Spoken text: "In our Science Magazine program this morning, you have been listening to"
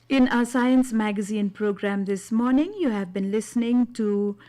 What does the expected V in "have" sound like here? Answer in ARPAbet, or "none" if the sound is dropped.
V